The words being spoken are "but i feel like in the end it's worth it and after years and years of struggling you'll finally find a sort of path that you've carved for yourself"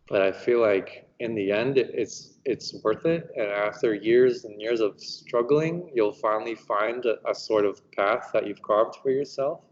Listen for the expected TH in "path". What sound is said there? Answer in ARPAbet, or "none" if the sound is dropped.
TH